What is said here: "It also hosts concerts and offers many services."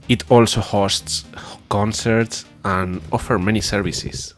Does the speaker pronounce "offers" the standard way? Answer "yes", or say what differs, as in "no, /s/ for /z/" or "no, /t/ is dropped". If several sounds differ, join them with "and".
no, /z/ is dropped